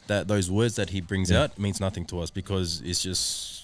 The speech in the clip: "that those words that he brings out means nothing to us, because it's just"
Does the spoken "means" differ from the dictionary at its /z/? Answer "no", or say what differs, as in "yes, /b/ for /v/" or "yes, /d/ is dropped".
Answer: no